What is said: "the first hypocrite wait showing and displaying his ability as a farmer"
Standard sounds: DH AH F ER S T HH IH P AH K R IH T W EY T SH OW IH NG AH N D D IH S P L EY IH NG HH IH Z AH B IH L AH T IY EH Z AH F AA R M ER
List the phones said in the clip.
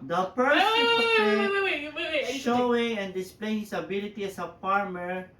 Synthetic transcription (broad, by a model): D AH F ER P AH R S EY SH OW IH NG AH N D D IH S P L EY IH NG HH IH S AH B IH L AH T IY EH S AH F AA R M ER